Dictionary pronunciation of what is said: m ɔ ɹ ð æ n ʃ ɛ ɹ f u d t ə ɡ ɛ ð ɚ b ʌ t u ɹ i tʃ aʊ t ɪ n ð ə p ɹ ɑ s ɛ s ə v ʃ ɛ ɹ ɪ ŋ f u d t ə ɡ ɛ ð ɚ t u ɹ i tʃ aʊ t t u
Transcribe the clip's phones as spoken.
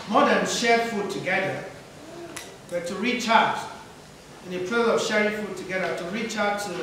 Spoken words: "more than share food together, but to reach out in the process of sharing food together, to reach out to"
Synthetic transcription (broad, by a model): m ɔ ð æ n ʃ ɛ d f u d t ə ɡ ɛ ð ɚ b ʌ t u ɹ i tʃ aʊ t ɪ n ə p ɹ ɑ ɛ ə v ʃ ɛ ɹ ɪ ŋ f u d t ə ɡ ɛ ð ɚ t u ɹ i tʃ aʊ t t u